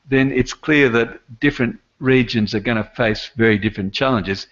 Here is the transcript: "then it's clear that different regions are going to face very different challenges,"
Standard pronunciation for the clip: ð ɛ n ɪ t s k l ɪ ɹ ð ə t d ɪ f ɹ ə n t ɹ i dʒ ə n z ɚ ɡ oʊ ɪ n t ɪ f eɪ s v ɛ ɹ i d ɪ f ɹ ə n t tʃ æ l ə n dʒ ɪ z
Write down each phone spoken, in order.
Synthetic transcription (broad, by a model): ð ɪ n ɪ t s k l ɪ ɹ ð ə t d ɪ f ɹ ə n t ɹ i dʒ ə n z ɚ ɡ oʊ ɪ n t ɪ f eɪ s v ɛ ɹ i d ɪ f ɹ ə n tʃ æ l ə n dʒ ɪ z